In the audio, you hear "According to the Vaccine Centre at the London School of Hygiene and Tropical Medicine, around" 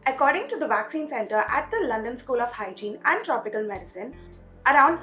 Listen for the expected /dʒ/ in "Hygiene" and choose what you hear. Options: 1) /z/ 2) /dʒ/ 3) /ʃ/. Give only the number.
2